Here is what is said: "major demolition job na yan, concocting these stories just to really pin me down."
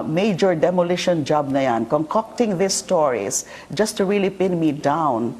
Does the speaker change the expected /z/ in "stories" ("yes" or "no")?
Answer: yes